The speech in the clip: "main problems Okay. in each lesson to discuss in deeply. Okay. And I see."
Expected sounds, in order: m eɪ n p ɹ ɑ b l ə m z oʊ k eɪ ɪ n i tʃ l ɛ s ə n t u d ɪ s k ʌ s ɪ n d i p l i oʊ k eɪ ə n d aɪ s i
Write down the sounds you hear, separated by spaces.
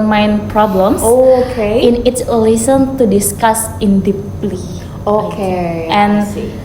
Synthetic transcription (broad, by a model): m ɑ n p ɹ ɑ b l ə m s oʊ k eɪ ɪ n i s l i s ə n t u d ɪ s k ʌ s ɪ n d i p l i oʊ k eɪ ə n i